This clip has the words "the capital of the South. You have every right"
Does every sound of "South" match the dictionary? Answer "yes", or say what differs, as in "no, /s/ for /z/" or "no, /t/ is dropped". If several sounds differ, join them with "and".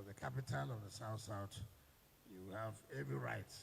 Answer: no, /t/ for /θ/